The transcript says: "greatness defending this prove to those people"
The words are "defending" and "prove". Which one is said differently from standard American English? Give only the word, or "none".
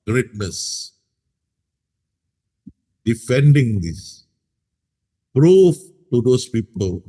prove